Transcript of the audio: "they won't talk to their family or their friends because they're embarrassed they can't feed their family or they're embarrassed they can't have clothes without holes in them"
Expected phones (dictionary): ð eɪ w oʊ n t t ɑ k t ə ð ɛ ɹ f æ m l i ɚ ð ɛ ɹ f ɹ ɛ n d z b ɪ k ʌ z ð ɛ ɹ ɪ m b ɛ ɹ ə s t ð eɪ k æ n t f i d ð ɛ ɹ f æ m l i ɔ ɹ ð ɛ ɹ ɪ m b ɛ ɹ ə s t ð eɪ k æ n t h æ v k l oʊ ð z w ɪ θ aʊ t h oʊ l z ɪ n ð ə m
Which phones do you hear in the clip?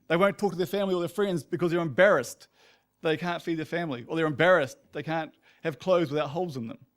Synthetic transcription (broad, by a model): ð eɪ w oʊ n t t ɑ k t ə ð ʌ ɹ f æ m l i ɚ ð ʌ ɹ f ɹ ɛ n d z b ɪ k ʌ z ð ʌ ɹ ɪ m b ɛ ɹ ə s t ð eɪ k æ n t f i d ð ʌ ɹ f æ m l i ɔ l ð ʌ ɹ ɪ m b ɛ ɹ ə s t ð eɪ k æ n t h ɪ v k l oʊ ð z w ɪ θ aʊ t h oʊ l z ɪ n ð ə m